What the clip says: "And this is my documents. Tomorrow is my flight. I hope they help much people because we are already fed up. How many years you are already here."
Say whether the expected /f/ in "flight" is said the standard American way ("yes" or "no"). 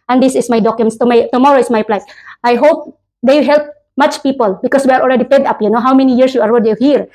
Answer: no